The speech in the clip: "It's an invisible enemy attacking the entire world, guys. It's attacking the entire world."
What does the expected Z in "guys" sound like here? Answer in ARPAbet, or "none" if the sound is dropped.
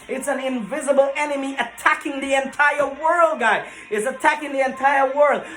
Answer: none